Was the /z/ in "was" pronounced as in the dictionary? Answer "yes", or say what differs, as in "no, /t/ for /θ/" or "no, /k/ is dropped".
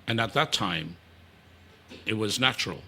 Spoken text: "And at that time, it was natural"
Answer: yes